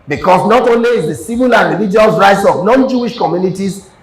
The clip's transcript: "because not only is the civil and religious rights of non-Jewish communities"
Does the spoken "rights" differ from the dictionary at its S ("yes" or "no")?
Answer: no